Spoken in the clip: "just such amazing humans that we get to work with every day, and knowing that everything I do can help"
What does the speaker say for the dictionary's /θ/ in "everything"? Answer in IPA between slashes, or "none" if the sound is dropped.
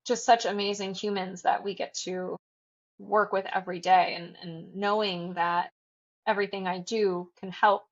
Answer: /θ/